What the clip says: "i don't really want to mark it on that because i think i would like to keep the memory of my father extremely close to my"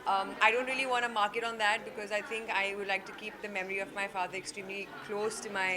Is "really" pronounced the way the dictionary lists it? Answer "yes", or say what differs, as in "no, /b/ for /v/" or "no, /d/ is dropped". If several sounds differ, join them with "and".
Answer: yes